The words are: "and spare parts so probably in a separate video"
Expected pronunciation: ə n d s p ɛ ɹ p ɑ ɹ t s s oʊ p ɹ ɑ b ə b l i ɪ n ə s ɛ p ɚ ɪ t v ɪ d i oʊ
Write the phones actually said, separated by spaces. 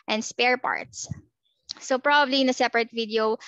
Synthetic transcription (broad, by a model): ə n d s p ɛ ɹ p ɑ ɹ t s s oʊ p ɹ ɑ b ə b l i ɪ n ə s ɛ p ɚ ɪ t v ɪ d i oʊ